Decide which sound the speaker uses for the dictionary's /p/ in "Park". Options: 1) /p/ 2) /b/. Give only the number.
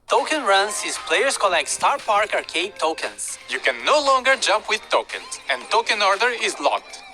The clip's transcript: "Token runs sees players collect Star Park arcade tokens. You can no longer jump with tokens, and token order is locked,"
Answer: 1